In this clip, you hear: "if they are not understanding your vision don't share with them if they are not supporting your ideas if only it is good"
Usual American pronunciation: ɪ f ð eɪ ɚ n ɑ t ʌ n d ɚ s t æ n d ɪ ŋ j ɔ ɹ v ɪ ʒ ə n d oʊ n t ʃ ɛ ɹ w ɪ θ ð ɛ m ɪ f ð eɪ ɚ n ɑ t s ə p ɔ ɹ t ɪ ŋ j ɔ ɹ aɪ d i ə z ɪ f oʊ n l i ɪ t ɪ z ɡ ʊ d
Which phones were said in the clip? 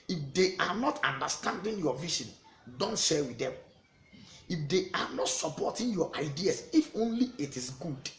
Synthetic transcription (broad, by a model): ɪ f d eɪ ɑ n ɑ t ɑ n d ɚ s t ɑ n d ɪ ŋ j ɔ v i ʃ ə n d oʊ n t ʃ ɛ w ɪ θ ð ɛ m ɪ f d eɪ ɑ n ɑ t s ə p ɔ t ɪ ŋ j ɔ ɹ aɪ d i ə s ɪ f oʊ n l i ɪ t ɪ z ɡ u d